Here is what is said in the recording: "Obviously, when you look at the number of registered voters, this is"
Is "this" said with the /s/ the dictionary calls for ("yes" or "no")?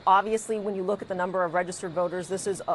yes